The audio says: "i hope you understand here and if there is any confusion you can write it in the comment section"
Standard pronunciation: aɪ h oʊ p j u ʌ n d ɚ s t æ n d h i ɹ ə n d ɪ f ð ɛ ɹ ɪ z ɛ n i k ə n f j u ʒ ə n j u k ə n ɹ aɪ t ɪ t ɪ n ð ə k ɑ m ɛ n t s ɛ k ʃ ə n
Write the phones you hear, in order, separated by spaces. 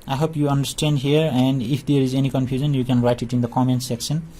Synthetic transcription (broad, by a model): aɪ h oʊ p j u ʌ n d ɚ s t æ n d h i ɹ ə n d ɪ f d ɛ ɹ ɪ z ɛ n i k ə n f j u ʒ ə n j u k ə n ɹ aɪ t ɪ t ɪ n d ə k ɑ m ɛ n s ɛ k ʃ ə n